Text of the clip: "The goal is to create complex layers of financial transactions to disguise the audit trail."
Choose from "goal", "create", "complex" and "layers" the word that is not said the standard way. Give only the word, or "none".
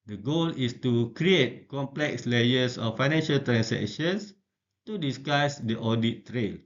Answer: layers